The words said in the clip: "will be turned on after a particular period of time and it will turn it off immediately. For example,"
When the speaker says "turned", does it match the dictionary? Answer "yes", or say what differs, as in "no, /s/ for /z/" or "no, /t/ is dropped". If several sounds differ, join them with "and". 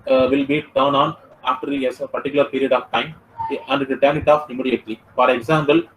no, /d/ is dropped